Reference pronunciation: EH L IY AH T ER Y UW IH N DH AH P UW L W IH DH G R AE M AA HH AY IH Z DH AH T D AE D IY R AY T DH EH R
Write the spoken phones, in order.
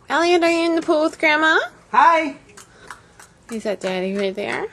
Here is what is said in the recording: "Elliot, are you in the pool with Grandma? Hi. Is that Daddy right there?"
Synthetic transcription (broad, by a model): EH L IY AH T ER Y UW IH N DH AH P UW L W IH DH G R AE M AA HH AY IH Z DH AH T D AE D IY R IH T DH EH R